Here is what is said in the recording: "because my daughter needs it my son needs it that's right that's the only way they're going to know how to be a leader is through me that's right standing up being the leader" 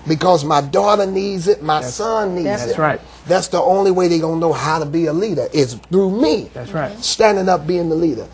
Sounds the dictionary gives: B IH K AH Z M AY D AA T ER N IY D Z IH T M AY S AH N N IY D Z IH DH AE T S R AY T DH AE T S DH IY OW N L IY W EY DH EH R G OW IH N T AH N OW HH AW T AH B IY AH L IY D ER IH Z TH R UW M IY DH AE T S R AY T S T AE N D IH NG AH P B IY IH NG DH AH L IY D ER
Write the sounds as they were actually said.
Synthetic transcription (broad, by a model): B IH K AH Z M AY D AA T ER N IY D Z IH T M AY S AH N N IY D Z IH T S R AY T DH AE T S DH IY OW N L IY W EY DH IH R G OW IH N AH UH HH AW T AH B IY AH L IY D ER IH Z TH R UW M IY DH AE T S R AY S T AE N D IH NG AH P B IY IH NG DH AH L IY D ER